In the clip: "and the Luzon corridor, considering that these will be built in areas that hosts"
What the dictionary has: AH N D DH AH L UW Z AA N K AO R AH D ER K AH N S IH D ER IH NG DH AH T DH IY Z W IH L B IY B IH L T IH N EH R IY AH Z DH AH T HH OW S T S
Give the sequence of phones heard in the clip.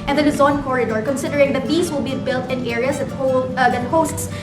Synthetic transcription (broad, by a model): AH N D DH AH N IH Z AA N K AO R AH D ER K AH N S IH D ER IH NG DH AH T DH IY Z W IH L B IY B IH L T IH N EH R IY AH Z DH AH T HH OW S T S